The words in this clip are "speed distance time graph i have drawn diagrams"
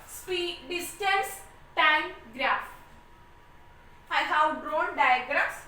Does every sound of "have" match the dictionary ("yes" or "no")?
no